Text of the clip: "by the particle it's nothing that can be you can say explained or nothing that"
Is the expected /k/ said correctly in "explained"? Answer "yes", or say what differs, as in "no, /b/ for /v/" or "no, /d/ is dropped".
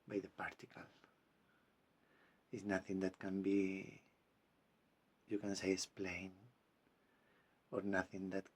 no, /k/ is dropped